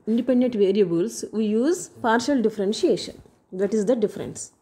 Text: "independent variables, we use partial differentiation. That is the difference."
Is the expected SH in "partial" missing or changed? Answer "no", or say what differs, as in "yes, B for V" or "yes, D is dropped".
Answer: no